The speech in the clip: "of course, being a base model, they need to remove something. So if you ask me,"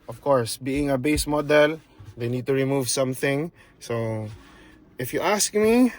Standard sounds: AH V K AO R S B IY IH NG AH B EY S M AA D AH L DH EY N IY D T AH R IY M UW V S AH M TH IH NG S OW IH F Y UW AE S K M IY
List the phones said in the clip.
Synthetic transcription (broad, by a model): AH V K AO R S B IY IH NG AH B EY S M AA D AH L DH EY N IY D T AH R IY M UW V S AH M TH IH NG S OW IH F Y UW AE S K M IY